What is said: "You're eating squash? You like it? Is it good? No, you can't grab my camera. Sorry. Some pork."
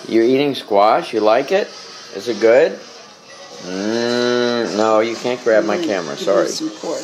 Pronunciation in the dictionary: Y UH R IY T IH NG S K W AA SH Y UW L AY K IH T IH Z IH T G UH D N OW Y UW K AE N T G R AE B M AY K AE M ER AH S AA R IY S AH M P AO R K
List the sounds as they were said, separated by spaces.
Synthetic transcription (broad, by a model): Y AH R IY T IH NG S K W AA SH Y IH L AY K IH T IH Z IH T G UH D N OW Y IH K AE N G R AE B M AY K AE M ER AH S AA R IY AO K